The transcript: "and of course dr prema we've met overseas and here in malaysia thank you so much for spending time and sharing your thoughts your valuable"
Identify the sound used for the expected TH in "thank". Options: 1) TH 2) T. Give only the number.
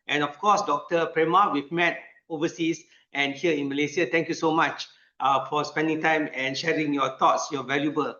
2